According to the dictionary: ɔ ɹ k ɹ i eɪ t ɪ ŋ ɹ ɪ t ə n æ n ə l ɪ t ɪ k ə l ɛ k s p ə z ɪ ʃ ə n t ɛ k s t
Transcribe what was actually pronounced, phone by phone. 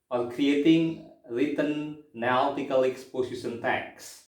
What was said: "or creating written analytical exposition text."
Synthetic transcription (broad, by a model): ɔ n k ɹ i eɪ t ɪ ŋ ɹ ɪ t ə n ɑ ə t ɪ k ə l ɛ k s p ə s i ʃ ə n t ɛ k s